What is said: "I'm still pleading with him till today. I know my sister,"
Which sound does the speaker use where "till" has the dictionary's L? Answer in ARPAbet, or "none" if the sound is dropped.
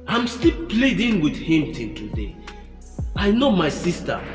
N